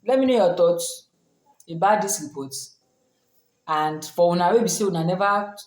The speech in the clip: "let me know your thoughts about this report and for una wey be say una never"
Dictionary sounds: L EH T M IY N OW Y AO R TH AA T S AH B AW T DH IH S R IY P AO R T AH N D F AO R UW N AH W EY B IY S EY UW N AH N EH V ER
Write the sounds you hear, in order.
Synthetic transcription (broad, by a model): L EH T M IY N OW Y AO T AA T AH B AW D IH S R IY P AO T AH N D F AO W UW N AH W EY B IY S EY UW N AH N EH V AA